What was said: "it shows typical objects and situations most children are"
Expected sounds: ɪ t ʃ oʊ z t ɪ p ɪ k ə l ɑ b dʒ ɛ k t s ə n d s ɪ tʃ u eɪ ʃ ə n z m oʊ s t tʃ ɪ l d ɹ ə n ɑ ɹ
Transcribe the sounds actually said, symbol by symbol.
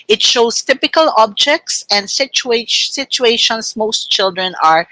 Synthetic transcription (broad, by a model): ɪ t ʃ oʊ s t ɪ p ɪ k ə l ɑ b dʒ ɛ k t s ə n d s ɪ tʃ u eɪ ʃ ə n s m oʊ s t tʃ ɪ l d ɹ ə n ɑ ɹ